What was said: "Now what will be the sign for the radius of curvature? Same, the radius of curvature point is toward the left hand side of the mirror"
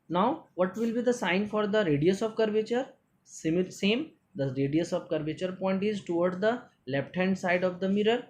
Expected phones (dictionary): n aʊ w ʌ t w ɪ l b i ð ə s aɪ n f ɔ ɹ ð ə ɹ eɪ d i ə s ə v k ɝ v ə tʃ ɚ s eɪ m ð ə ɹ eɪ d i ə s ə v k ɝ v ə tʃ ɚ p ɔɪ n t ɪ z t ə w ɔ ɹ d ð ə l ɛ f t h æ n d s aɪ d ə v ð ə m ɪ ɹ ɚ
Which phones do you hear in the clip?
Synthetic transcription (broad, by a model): n aʊ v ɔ t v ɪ l b i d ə s aɪ n f ɔ ɹ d ə ɹ eɪ d i ə s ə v k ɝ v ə tʃ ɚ s eɪ m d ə ɹ eɪ d i ə s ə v k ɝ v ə tʃ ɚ p ɔɪ n t ɪ z t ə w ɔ ɹ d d ə l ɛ p t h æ n d s aɪ d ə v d ə m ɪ ɹ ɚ